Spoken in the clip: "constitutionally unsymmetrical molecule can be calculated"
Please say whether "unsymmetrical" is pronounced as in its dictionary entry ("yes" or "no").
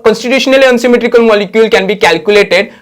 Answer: yes